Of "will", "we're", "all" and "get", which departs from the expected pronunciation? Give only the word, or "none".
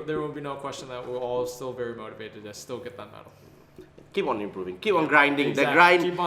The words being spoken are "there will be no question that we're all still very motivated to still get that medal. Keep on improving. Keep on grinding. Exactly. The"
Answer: will